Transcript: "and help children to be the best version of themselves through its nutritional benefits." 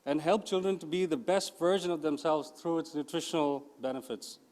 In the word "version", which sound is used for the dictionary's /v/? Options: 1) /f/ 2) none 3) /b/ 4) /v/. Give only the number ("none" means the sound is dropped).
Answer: 4